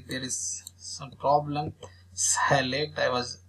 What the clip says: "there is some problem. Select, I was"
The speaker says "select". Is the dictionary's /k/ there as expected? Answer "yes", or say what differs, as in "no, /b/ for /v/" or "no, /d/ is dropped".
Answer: no, /k/ is dropped